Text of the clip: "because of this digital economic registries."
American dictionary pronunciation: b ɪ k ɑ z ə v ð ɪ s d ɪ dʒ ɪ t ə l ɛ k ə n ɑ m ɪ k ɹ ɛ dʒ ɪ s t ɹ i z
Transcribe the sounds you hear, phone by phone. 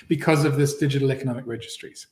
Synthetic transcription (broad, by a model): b ɪ k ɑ z ə v ð ɪ s d ɪ dʒ ɪ t ə l ɛ k ə n ɑ m ɪ k ɹ ɛ dʒ ɪ s t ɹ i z